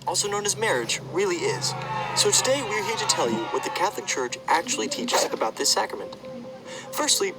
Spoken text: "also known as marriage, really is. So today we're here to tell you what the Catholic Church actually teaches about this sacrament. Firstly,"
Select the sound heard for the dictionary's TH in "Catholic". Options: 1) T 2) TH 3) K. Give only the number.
2